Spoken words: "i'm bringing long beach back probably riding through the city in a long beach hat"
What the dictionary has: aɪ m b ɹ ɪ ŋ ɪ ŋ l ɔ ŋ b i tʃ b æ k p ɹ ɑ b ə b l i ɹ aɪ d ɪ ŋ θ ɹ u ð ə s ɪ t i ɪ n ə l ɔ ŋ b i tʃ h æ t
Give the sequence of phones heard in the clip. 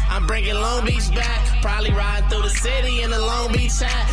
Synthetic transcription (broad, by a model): aɪ m b ɹ ɪ ŋ ɪ ŋ l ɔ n b i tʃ b æ k p ɹ ɑ b ə b l i ɹ aɪ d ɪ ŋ θ ɹ u ð ə s ɪ t i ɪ n ə l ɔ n b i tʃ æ